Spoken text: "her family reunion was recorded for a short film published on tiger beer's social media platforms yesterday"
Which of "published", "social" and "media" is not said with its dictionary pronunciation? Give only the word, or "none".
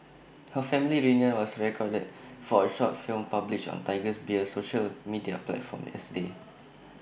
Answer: published